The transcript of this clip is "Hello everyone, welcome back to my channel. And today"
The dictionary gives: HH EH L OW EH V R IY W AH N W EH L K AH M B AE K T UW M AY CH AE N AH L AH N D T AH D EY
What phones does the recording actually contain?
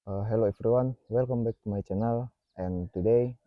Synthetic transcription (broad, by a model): HH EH L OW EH F R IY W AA N W EH L K AH M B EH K T UW M AY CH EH N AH L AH N T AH D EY